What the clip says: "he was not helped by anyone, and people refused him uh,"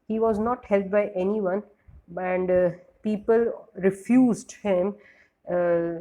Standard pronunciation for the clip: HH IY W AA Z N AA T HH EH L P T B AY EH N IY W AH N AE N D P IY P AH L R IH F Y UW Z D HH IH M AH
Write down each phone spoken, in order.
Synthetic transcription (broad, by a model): HH IY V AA Z N AA T HH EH L T B AY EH N IY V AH N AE N D P IY P AH L R IH F Y UW Z D HH IH M